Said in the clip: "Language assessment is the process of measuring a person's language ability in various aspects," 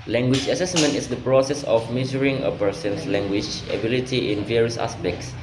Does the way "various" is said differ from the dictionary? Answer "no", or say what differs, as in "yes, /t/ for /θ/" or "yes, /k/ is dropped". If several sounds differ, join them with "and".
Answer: no